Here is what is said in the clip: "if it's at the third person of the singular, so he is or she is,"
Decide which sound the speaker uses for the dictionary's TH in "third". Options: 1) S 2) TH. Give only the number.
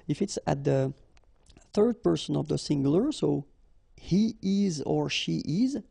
2